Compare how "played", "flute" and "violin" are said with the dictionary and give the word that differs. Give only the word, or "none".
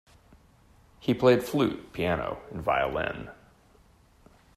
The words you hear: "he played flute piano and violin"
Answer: none